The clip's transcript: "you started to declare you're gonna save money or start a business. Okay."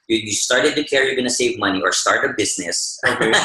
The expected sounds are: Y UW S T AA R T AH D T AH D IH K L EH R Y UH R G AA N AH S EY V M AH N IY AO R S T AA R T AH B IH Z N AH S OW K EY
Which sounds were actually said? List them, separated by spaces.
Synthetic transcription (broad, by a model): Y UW S T AA R T AH D T AH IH K EH R Y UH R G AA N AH S EY V M AH N IY AO R S T AA R T AH B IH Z N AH S